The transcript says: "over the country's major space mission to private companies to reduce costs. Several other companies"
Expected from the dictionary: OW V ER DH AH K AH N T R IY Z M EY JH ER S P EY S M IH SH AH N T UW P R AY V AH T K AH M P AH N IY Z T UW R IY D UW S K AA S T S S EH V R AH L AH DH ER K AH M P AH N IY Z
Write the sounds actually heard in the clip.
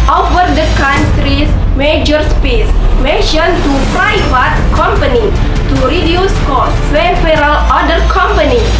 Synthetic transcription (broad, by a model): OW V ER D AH K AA N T R IY S M EY JH ER S P EY S M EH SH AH N T UW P R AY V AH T K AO M P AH N IY T UW R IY D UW S K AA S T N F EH R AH L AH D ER K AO M P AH N IY